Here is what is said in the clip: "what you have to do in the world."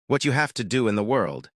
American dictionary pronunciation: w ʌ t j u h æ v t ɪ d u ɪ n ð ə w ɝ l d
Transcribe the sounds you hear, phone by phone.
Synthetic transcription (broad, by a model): w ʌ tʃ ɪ h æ f t ɪ d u ɪ n ð ə w ɝ l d